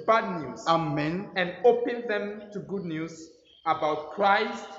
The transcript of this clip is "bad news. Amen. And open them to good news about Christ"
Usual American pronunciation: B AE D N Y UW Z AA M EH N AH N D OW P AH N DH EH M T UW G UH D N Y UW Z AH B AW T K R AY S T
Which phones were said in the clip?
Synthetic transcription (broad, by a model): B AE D N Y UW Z AA M EH N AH N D OW P AH N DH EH M T UW G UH D N Y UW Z AH B AW T K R AY S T